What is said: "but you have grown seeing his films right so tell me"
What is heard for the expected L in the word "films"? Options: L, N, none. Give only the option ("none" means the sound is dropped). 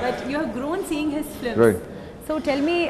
none